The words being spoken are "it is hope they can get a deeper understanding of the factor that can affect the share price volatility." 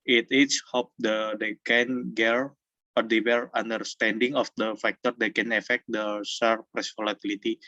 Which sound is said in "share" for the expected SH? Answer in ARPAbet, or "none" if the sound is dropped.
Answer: S